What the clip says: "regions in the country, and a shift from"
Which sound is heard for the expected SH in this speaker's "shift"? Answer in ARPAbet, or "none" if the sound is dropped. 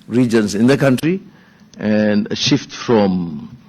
SH